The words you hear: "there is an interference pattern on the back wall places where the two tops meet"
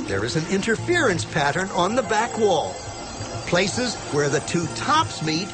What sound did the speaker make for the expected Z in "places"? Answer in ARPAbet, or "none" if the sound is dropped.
Z